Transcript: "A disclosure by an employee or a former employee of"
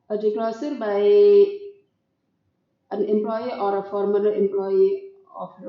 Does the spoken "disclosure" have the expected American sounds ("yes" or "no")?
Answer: no